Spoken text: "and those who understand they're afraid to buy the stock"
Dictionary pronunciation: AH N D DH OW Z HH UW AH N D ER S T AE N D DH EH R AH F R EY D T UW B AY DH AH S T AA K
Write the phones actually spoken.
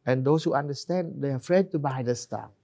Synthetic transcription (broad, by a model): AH N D OW S HH UW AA N D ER S T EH N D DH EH AH F R EY D T UW B AY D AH S T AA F